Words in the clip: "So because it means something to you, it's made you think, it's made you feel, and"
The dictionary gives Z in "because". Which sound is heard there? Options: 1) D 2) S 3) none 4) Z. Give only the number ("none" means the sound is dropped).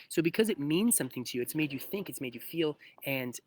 4